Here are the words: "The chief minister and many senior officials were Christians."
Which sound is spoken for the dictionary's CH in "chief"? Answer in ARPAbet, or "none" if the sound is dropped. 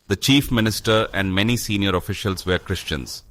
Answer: CH